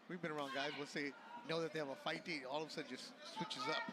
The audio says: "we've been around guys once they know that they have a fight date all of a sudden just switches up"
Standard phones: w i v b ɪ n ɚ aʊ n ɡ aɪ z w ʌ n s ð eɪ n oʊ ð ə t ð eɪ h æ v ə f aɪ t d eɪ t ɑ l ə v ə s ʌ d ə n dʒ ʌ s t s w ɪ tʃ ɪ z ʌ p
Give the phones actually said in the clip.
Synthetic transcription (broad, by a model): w i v b ɪ n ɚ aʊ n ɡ aɪ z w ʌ l s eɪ n oʊ ð ə t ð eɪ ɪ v ə f aɪ t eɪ ɑ l ə v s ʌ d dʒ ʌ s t s w ɪ tʃ ɪ z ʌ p